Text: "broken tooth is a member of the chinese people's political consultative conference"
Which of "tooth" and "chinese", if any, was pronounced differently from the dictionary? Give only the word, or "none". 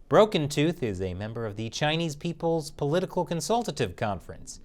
none